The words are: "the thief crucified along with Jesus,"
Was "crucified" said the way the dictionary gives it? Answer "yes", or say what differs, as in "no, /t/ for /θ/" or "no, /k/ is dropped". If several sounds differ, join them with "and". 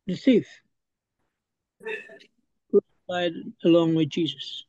no, /s/ is dropped